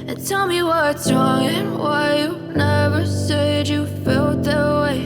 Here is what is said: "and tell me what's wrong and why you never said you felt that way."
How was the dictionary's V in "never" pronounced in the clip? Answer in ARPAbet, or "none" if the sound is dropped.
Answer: V